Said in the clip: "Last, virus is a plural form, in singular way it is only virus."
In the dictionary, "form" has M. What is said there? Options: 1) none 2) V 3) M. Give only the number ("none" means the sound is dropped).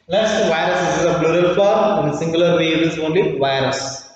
1